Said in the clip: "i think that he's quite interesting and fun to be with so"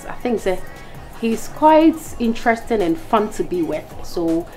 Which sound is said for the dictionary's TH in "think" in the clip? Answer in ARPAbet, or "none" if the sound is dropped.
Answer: TH